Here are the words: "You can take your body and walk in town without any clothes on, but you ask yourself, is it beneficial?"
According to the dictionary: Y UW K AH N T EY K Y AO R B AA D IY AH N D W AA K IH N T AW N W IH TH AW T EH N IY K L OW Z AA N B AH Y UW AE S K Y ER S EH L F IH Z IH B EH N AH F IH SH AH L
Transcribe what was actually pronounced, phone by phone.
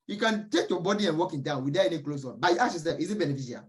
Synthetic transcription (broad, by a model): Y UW K AH N T EY K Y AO B AA D IY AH N W AA K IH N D AW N W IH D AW EH N IY K L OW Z AA N B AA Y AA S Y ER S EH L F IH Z IH B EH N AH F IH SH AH